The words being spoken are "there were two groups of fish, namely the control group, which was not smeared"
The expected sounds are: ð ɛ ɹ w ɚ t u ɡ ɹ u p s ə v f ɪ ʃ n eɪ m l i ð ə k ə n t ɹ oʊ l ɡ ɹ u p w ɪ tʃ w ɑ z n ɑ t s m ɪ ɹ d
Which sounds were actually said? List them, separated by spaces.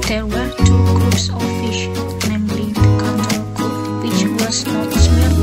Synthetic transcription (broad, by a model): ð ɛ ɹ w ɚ t u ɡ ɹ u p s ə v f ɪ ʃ n eɪ m l i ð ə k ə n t oʊ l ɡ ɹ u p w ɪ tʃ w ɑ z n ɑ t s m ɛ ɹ